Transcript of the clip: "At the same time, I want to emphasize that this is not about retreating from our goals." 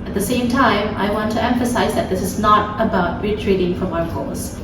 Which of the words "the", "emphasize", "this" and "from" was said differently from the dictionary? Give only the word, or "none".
none